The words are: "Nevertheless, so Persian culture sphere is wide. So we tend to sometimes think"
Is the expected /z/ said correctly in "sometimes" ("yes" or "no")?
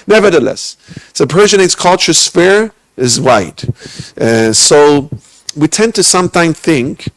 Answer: no